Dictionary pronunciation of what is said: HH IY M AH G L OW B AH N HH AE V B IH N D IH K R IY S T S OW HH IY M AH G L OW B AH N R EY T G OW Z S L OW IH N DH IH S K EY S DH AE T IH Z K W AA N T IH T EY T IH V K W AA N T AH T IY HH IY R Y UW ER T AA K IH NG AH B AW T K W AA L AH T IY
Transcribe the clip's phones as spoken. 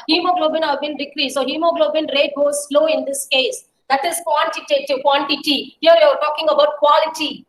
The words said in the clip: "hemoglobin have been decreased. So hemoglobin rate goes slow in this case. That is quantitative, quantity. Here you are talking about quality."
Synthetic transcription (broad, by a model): HH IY M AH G L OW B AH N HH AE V B IH N D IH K R IY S S OW HH IY M AH G L OW B AH N R EY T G OW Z S L OW IH N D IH S K EY S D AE T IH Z K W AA N T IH T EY T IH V K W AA N T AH T IY HH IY R Y UW ER T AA K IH NG AH B AW T K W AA L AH T IY